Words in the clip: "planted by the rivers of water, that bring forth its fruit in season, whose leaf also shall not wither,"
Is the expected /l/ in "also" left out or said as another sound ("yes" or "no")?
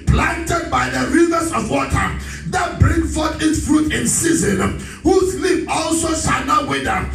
no